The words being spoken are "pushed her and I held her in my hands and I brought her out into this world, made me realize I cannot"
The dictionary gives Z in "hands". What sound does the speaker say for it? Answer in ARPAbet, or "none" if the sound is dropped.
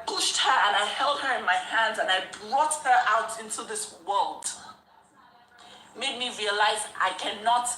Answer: Z